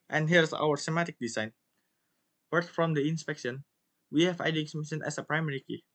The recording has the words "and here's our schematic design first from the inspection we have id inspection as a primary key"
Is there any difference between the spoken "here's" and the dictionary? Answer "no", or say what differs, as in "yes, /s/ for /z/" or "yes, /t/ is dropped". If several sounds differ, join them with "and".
yes, /s/ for /z/